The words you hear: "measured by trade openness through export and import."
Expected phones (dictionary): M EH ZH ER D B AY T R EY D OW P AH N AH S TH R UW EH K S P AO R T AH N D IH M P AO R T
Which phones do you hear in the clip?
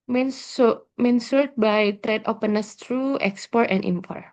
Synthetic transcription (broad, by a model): M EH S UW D B AY T R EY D OW P AH N AH S T R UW EH K S P AO R T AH N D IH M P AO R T